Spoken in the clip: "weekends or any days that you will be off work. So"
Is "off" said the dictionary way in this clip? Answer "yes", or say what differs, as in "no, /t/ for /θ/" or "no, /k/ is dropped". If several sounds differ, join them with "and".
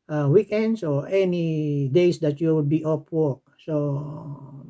no, /p/ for /f/